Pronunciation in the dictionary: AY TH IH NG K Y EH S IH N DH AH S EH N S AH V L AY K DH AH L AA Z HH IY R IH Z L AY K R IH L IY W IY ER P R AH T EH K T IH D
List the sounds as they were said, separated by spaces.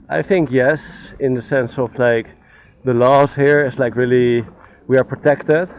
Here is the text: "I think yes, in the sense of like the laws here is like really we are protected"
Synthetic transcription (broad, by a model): AY TH IH NG K Y EH S IH N DH AH S EH N S AH V L AY K DH AH L AA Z HH IY R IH S L AY K R IH L IY W IY ER P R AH T EH K T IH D